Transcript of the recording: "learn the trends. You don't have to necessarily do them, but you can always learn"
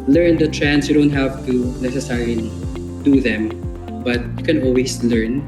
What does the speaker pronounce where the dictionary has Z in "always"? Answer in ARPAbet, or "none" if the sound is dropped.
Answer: S